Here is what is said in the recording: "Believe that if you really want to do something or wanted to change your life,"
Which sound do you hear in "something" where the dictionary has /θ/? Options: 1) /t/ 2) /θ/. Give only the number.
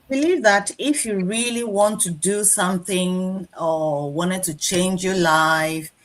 2